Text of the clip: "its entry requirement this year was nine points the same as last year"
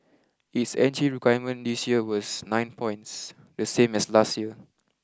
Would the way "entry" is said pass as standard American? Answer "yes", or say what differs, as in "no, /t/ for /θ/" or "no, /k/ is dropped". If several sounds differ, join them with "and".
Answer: no, /ɹ/ is dropped